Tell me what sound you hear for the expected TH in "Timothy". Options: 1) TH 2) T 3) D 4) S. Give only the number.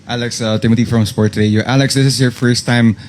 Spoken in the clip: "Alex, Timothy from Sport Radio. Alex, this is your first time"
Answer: 2